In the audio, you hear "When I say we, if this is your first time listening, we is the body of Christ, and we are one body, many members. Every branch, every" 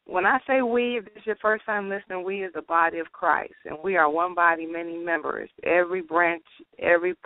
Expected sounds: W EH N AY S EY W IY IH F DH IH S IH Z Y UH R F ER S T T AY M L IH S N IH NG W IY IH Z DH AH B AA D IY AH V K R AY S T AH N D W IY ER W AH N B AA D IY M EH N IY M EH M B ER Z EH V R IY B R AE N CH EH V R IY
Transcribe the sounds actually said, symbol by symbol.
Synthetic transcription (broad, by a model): W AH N AY S EY W IY DH IH S IH Z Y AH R F ER S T T AY M L IH S N IH NG W IY IH Z DH AH B AA D IY AH V K R AY S T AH N W IY ER W AH N B AA D IY M EH N IY M EH M B ER Z EH V R IY B R AE N CH EH V R IY